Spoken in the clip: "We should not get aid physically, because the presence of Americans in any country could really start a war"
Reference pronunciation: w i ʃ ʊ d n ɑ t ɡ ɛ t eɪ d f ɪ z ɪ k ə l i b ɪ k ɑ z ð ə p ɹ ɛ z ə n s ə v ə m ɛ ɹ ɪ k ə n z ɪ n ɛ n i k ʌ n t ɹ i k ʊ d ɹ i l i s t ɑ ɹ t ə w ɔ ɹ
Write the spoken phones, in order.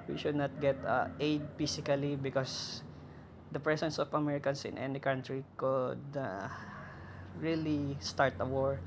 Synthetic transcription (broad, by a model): w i ʃ ʊ d n ɑ t ɡ ɛ t eɪ d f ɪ s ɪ k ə l i b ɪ k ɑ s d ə p ɹ ɛ s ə n s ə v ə m ɛ ɹ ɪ k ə n s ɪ n ɛ n i k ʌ n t ɹ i k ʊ d ɹ i l i s t ɑ ɹ t ə w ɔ ɹ